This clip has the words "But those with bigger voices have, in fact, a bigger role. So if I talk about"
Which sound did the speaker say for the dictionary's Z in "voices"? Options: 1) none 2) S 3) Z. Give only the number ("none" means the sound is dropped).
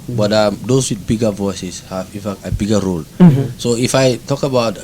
2